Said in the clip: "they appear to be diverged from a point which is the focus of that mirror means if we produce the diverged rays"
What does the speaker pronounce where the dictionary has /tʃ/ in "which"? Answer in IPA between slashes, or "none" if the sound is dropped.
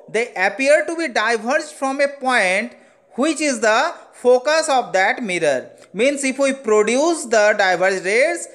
/tʃ/